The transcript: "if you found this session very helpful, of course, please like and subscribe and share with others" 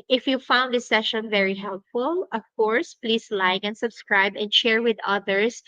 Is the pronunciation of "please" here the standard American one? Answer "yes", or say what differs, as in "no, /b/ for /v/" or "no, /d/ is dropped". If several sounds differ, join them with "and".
no, /s/ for /z/